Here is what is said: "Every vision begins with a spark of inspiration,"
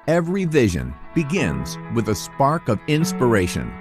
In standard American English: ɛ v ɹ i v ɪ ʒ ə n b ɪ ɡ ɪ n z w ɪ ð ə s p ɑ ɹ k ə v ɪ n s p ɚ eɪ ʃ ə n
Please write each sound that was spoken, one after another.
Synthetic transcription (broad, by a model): ɛ v ɹ i v ɪ ʒ ə n b ɪ ɡ ɪ n z w ɪ ð ə s p ɑ ɹ k ə v ɪ n s p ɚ eɪ ʃ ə n